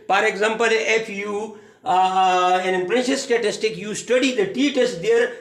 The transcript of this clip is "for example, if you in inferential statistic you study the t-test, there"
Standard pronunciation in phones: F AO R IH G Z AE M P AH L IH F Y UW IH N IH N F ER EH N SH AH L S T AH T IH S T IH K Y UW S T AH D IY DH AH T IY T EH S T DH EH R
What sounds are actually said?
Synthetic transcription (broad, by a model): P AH R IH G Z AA M P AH L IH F Y UW IH N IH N P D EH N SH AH S T AH T IH S T IH K Y UW S T AH D IY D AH T IY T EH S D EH R